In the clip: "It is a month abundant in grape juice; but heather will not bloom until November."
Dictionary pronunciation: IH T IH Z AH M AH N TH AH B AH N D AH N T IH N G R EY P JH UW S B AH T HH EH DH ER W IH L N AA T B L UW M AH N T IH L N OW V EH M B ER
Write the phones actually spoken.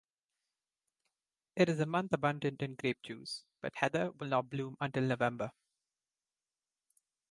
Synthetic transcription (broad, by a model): IH T IH Z AH M AH N T AH B AH N D AH N T IH N G R EY P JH UW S B AH T HH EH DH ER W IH L N AA T B L UW M AH N T IH L N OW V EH M B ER